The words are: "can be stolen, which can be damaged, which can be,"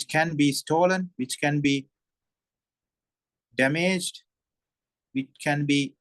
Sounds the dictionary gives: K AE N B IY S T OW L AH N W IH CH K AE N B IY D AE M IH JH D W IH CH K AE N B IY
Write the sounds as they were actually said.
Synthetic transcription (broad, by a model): K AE N B IY S T OW L AH N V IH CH K AE N B IY D AE M IH JH D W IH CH K AE N B IY